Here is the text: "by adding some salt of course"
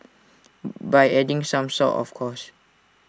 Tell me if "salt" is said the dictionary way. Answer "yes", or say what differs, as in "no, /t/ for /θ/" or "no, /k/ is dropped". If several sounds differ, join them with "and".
no, /l/ is dropped